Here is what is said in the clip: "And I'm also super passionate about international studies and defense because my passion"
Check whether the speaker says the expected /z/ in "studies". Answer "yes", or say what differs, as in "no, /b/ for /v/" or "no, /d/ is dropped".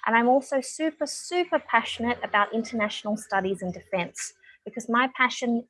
yes